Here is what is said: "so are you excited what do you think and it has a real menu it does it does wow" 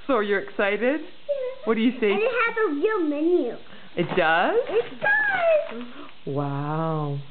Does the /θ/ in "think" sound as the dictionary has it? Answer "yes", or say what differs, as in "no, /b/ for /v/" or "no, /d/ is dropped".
no, /s/ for /θ/